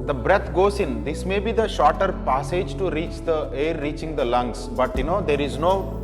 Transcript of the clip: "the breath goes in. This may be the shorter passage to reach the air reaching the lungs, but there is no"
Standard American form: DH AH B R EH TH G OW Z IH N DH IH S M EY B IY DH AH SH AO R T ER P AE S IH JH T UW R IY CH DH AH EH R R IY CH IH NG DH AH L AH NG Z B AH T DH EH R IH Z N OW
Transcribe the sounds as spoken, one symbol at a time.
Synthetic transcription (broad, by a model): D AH B R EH T G OW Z IH N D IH S M EY B IY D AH SH AO R T ER P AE S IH JH T UW R IY CH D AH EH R R IY CH IH NG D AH L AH NG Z B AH T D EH R IH Z N OW